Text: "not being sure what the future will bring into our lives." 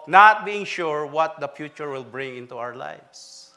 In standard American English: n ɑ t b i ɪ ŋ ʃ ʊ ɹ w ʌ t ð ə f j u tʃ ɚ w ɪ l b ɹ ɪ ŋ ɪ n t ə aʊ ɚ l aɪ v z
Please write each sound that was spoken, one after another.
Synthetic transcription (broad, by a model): n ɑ t b i ɪ ŋ ʃ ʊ ɹ w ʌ t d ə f j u tʃ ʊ w ɪ l b ɹ ɪ ŋ ɪ n t ə aʊ ɚ l aɪ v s